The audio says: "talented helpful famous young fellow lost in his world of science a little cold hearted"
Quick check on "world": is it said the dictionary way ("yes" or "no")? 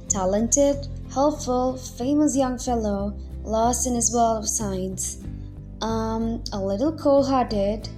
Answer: no